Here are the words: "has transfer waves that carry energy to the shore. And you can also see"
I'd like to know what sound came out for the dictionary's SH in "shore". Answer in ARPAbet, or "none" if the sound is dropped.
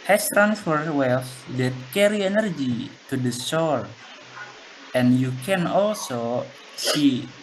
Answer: S